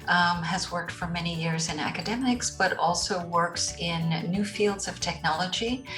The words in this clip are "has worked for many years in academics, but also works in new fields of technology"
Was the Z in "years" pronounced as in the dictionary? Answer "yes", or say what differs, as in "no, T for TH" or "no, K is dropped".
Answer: yes